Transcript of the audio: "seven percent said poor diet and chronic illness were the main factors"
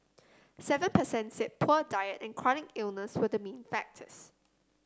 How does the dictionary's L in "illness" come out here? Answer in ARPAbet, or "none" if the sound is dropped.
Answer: L